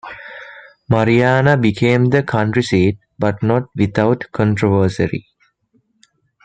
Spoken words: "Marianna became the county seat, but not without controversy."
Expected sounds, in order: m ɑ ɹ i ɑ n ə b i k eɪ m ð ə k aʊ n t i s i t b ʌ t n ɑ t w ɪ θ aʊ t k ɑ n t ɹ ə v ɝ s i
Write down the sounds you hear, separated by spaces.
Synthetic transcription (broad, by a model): m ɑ ɹ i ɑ n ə b i k eɪ m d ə k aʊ n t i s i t b ʌ t n ɑ t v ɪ t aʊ t k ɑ n t ɹ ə v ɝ s i